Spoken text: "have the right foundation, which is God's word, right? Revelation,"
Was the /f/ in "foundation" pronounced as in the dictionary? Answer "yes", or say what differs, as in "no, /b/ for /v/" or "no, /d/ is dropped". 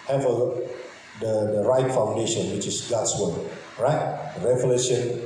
yes